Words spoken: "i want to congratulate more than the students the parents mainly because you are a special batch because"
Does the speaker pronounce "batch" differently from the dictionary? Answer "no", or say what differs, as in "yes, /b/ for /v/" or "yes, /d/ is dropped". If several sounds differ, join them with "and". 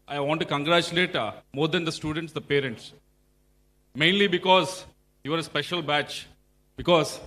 no